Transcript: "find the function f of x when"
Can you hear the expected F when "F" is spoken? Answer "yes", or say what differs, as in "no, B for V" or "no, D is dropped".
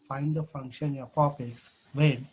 no, P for F